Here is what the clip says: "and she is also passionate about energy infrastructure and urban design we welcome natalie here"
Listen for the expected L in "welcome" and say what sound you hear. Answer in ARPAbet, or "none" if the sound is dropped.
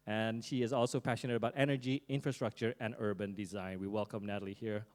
L